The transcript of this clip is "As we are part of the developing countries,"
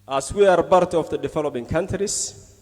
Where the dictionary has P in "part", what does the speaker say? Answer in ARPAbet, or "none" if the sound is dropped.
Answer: B